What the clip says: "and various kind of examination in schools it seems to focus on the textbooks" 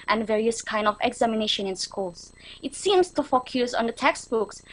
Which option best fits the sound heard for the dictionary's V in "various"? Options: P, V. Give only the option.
V